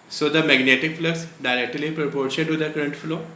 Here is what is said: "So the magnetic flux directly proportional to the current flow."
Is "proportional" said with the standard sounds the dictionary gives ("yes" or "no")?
no